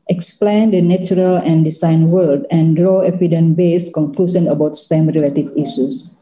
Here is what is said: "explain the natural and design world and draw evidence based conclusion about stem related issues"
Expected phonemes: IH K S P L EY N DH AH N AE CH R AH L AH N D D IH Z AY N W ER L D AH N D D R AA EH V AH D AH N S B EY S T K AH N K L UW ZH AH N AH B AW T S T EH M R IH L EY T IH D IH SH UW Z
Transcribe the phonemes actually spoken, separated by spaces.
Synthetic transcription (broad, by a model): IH K S P L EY N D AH N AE CH R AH L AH N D D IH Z AY N W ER L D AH N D D R AA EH P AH D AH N B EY S K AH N K L UW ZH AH N AH B AW T S T EH M R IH L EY T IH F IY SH UW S